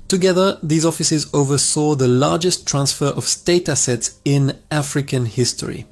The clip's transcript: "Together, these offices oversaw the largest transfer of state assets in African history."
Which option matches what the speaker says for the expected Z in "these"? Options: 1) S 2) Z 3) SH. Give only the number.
2